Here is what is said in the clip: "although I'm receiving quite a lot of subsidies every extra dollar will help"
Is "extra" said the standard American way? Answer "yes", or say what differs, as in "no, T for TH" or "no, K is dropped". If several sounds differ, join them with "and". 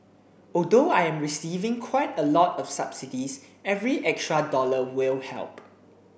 yes